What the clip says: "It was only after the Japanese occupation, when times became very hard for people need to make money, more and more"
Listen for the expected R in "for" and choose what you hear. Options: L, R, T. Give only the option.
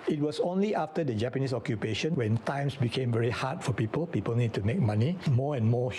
L